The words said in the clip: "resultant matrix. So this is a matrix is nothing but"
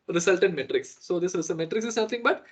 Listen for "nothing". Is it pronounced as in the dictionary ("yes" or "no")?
no